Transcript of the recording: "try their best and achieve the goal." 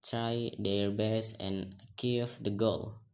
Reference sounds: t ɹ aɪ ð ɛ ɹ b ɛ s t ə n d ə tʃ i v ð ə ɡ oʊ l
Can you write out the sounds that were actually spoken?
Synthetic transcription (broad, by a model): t ɹ aɪ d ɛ ɹ b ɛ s ə n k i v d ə ɡ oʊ l